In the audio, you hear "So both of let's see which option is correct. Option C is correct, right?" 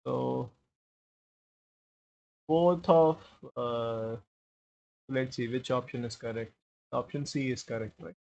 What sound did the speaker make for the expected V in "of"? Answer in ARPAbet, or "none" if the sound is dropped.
P